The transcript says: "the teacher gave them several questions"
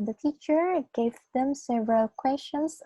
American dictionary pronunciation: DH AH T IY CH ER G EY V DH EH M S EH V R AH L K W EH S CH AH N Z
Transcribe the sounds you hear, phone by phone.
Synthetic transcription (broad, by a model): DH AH T IY CH ER G EY V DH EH M S EH V R AH L K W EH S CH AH N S